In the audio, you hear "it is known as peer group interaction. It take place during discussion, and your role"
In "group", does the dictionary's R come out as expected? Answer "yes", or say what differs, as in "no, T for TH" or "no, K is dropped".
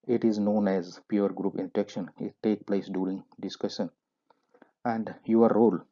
yes